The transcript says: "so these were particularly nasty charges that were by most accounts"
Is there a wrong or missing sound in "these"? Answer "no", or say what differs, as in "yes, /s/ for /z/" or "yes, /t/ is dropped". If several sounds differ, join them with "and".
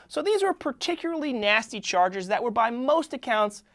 no